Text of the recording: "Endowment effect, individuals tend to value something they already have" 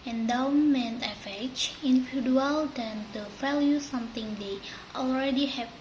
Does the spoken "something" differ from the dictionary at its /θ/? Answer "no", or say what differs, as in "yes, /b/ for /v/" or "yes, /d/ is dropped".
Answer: yes, /t/ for /θ/